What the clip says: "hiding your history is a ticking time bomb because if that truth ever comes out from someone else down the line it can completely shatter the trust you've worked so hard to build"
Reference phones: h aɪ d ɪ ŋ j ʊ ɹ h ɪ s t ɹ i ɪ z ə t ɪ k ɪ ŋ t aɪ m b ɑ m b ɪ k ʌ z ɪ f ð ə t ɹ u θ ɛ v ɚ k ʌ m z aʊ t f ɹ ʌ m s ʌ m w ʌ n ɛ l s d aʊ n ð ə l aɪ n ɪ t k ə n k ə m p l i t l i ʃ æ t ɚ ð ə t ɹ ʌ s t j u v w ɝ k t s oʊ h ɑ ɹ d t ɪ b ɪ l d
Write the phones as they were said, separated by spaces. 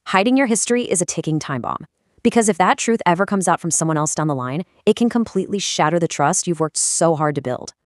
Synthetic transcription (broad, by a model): h aɪ d ɪ ŋ j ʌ ɹ h ɪ s t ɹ i ɪ z ə t ɪ k ɪ ŋ t aɪ m b ɑ m b ɪ k ʌ z ɪ f ð ə t ɹ u θ ɛ v ɚ k ʌ m z aʊ t f ɹ ʌ m s ʌ m w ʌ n ɛ l s d aʊ n ð ə l aɪ n ɪ t k ə n k ə m p l i t l i ʃ æ t ɚ ð ə t ɹ ʌ s t j u v w ɝ k t s oʊ h ɑ ɹ d t ɪ b ɪ l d